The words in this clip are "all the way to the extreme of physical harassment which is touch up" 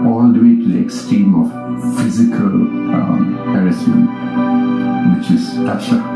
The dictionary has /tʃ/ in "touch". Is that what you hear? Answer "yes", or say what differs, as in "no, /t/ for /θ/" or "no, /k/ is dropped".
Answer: no, /ʃ/ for /tʃ/